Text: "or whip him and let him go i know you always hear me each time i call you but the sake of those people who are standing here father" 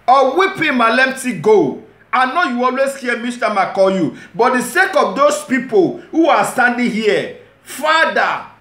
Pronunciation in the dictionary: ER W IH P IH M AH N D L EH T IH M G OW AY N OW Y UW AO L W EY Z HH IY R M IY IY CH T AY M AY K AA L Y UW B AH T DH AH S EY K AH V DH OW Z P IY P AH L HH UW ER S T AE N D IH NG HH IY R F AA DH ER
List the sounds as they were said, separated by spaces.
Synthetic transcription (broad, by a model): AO W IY P IH M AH L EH T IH G OW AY N OW Y UW AO L W EY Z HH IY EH M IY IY S T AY M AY K AA L Y UW B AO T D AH S EY K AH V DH OW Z P IY P AH L HH UW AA S T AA N D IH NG HH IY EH F AA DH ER